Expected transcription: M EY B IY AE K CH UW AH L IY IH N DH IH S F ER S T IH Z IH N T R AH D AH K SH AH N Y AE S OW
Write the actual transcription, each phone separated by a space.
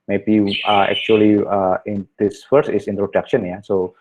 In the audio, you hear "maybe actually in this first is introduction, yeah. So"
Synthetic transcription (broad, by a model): M EY B IY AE K CH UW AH L IY IH N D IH S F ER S IH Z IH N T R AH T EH K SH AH N Y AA S OW